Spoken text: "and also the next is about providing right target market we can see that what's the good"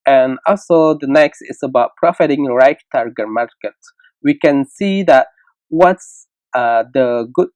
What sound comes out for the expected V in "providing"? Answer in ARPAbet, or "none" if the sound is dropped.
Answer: F